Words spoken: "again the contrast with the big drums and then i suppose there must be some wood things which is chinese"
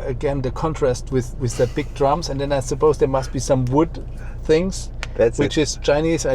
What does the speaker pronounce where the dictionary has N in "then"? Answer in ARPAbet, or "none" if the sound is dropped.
N